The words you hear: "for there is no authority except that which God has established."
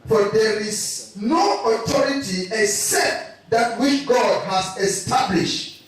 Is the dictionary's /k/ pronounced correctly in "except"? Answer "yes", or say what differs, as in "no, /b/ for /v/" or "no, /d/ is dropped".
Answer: yes